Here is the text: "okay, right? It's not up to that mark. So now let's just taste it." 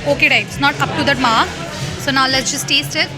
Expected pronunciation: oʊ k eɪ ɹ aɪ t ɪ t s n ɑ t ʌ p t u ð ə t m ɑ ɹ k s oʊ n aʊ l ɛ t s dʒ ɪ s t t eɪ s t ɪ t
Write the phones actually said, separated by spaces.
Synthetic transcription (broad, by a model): oʊ k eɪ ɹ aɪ ɪ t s n ɑ t ʌ p t u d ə t m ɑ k s oʊ n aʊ l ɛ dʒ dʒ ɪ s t t eɪ s t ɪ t